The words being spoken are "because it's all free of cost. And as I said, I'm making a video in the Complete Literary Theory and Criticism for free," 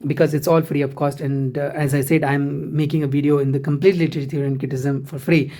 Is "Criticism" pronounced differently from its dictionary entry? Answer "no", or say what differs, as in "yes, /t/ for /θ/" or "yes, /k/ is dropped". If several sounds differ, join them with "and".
yes, /ɹ/ is dropped